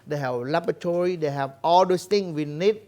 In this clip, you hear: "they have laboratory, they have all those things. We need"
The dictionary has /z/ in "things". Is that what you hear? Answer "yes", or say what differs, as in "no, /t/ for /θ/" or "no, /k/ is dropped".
no, /z/ is dropped